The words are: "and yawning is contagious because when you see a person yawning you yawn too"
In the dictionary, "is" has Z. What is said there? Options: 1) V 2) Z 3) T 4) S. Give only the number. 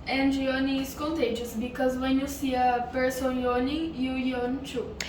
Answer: 4